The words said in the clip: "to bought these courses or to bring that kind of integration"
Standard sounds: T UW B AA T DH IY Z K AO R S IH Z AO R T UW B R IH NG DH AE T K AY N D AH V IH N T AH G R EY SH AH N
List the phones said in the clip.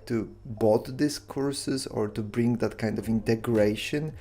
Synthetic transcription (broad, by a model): T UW B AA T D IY S K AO R S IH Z AO R T UW B R IH NG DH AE T K AY N D AH V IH N T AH G R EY SH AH N